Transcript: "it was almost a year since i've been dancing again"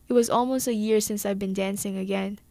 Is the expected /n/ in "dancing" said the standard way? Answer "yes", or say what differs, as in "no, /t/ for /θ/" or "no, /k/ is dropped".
yes